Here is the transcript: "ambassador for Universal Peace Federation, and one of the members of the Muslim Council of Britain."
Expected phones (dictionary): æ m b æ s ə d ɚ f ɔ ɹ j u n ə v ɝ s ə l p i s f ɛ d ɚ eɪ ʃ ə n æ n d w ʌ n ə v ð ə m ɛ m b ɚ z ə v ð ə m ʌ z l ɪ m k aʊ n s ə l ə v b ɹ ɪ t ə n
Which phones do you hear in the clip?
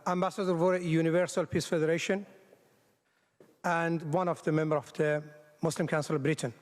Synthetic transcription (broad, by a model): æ m b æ s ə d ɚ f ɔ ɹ j u n ə v ɝ s ə l p i s f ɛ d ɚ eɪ ʃ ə n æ n d w ʌ n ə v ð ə m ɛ m b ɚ ə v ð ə m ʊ s l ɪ m k aʊ n s ə l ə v b ɹ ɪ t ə n